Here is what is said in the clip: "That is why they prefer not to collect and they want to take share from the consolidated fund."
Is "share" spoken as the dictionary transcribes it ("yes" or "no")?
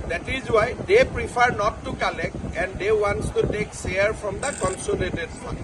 no